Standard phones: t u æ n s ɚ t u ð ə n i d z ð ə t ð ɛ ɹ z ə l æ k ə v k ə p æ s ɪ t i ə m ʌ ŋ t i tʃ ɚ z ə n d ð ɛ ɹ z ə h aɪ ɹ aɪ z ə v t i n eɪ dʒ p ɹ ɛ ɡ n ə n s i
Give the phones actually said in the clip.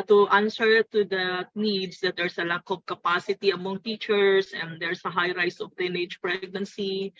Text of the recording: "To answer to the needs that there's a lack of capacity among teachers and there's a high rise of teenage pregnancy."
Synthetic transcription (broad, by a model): t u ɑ n s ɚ t u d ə n i d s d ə t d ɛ ɹ s ə l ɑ k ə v k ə p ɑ s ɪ t i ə m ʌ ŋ t i tʃ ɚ s ə n d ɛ ɹ s ə h aɪ ɹ aɪ s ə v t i n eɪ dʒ p ɹ ɛ ɡ n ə n s i